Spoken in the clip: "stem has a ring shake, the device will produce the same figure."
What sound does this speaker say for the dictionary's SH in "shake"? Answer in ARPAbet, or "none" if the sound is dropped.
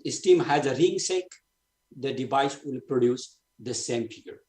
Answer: S